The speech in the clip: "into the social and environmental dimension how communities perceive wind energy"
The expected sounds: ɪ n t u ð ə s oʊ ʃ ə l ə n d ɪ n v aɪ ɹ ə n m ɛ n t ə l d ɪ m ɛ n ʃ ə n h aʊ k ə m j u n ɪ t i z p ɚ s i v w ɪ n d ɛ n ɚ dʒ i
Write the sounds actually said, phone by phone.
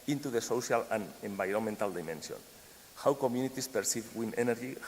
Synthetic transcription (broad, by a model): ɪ n t u ð ə s oʊ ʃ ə l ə n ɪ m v aɪ ɹ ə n m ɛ n t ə l d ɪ m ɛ n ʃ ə n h aʊ k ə m j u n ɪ t i s p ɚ s i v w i n ɛ n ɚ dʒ i